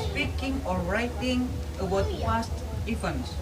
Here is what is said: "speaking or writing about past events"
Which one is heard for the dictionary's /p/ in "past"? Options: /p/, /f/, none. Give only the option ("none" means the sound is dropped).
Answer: /f/